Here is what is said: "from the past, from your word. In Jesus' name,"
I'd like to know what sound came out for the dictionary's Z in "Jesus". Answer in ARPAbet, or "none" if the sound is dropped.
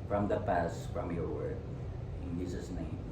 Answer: S